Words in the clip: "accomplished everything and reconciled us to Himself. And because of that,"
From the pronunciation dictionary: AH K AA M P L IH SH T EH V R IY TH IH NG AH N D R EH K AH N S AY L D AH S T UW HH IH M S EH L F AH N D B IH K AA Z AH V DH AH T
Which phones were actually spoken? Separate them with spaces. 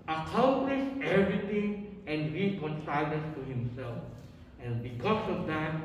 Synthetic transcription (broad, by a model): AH K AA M P L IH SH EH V R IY T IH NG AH N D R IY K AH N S AY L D AH S T UW HH IH M S EH L F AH N B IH K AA S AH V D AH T